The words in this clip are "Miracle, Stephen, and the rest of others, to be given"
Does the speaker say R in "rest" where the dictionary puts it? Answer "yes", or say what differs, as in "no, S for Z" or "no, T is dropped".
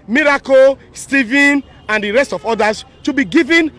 yes